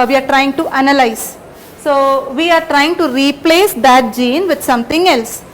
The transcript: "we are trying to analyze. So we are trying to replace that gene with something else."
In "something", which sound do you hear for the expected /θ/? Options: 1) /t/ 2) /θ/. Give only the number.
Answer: 1